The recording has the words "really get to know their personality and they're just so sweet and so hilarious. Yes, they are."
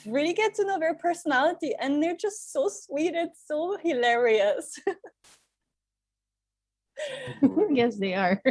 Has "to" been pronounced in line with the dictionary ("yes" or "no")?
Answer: no